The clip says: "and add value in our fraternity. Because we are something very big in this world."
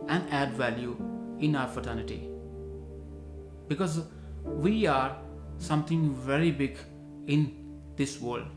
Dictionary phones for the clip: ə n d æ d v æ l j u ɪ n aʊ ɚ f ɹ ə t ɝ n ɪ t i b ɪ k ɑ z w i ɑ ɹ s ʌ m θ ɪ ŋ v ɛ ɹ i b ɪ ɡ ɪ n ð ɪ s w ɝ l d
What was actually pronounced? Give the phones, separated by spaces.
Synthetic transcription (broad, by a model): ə n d æ d v æ l j u ɪ n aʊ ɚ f ə t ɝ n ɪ t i b ɪ k ɑ z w i ɑ ɹ s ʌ m t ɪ ŋ v ɛ ɹ i b ɪ ɡ ɪ n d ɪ s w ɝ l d